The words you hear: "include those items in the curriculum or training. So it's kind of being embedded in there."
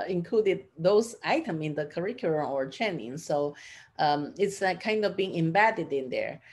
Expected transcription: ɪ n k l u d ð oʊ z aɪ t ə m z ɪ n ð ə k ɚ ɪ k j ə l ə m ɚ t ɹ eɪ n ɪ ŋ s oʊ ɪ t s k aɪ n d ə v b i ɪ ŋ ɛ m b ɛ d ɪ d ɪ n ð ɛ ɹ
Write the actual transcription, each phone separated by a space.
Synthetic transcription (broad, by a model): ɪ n k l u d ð oʊ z aɪ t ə m ɪ n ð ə k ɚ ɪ k j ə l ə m ɚ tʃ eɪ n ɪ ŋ s oʊ ɪ t s k aɪ n d ə v b i ɪ ŋ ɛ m b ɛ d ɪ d ɪ n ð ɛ ɹ